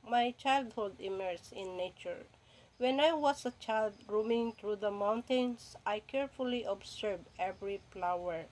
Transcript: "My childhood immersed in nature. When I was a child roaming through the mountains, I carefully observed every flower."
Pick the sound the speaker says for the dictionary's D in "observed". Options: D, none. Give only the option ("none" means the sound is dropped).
none